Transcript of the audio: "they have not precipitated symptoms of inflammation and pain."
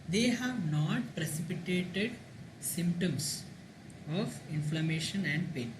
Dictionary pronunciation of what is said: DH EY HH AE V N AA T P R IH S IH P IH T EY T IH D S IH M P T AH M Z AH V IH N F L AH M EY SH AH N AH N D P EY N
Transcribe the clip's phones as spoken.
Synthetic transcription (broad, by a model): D EY HH AE V N AA T P R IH S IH P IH T EY T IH D S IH M P T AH M S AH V IH N F L AH M EY SH AH N AH N D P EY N